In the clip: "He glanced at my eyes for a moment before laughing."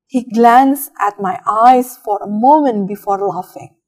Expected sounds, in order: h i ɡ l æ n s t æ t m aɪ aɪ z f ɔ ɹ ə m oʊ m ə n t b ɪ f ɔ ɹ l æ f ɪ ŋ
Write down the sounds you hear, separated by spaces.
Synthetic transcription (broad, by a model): h i ɡ l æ n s æ t m aɪ aɪ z f ɔ ɹ ə m oʊ m ə n t b ɪ f ɔ ɹ l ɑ f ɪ ŋ